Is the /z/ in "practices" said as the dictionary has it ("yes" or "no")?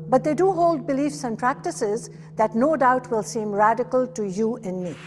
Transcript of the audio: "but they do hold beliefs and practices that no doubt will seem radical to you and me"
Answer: yes